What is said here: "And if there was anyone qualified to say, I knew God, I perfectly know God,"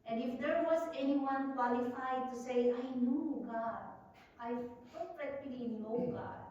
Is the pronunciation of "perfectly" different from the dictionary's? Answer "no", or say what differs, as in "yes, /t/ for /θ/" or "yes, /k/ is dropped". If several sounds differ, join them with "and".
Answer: yes, /f/ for /p/